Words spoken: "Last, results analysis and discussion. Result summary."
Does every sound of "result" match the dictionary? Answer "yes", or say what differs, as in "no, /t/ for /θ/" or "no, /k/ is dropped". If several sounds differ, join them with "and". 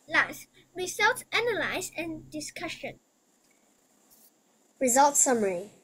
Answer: yes